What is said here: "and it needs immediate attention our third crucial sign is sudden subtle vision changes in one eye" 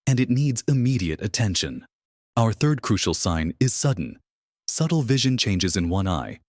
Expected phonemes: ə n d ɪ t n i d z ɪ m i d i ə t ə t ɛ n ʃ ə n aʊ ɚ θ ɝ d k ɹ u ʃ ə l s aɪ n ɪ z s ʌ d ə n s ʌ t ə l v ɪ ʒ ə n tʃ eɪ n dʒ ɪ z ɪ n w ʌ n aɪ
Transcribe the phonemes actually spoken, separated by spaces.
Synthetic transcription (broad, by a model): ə n ɪ t n i d z ɪ m i d i ə t ə t ɛ n ʃ ə n aʊ ɚ θ ɝ d k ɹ u ʃ l s aɪ n ɪ z s ʌ d n s ʌ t l v ɪ ʒ ə n tʃ eɪ n dʒ ɪ z ɪ n w ʌ n aɪ